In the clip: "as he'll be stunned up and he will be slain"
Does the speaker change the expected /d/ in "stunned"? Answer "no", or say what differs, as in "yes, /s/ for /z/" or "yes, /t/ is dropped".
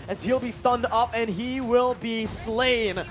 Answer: no